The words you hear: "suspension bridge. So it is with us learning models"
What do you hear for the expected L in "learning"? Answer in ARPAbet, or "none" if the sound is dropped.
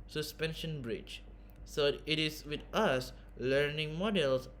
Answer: L